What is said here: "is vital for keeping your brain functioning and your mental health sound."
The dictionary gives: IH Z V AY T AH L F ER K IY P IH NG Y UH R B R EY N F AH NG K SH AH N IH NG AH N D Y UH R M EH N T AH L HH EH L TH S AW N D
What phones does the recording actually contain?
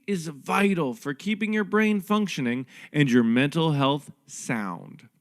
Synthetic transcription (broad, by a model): IH Z V AY T L F ER K IY P IH NG Y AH R B R EY N F AH NG K SH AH N IH NG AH N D Y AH R M EH N T L HH EH L TH S AW N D